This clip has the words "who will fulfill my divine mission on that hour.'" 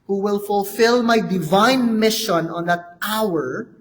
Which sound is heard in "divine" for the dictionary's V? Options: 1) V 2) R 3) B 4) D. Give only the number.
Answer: 1